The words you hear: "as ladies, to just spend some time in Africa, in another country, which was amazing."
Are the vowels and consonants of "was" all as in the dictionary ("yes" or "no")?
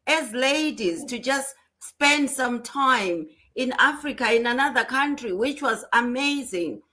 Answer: yes